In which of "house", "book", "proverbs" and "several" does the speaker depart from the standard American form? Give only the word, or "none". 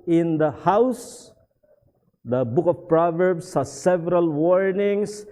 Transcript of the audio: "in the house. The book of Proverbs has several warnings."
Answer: proverbs